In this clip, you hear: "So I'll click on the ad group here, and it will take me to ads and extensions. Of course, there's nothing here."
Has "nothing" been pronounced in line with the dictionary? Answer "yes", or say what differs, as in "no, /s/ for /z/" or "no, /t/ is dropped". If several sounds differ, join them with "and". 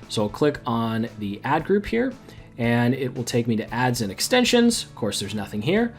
yes